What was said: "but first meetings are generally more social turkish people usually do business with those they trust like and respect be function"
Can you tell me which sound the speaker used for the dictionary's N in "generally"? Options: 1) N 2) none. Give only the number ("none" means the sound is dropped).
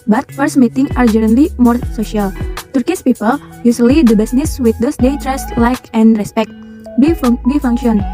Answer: 2